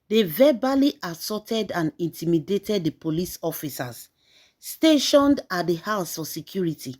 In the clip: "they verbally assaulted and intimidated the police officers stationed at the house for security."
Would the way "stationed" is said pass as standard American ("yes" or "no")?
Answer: yes